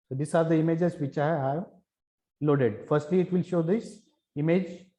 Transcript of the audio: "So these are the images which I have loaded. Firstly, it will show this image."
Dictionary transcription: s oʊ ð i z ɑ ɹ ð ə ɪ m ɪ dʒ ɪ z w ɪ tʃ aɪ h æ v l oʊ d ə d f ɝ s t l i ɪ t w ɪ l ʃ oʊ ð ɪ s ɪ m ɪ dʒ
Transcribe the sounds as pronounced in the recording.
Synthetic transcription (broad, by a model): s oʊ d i s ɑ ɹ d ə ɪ m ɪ dʒ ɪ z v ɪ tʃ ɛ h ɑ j l oʊ d ə d f ɝ s t l i ɪ t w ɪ l ʃ oʊ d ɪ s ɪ m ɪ dʒ